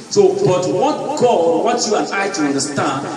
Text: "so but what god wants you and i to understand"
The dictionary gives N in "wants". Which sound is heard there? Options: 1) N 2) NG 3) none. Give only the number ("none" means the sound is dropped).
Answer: 3